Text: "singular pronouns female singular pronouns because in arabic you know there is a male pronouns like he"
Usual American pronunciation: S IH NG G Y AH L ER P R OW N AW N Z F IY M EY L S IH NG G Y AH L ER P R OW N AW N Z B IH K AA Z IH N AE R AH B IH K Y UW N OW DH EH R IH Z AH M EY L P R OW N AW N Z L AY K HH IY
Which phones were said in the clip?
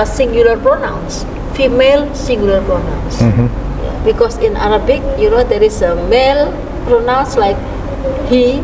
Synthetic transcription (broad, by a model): S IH NG G Y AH L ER P R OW N AW N S F IY M EY L S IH NG G Y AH L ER P R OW N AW N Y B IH K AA S IH N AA R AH B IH K Y UW N OW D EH R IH S AH M EY L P R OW N AW N S L AY K HH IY